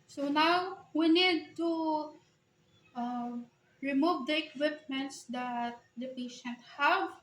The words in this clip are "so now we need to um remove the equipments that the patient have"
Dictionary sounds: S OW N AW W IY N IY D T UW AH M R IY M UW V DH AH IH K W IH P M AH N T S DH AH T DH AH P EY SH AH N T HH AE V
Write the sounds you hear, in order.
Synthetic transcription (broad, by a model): S OW N AW W IY N IY D T UW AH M R IY M UW V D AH IH K W IH P M AH N T S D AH T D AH P EY SH AH N T HH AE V